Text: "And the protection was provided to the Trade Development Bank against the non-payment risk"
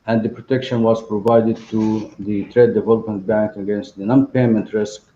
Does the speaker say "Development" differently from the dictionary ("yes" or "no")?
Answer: no